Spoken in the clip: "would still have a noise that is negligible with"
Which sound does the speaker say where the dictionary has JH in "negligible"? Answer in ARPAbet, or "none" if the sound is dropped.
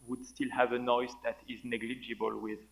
JH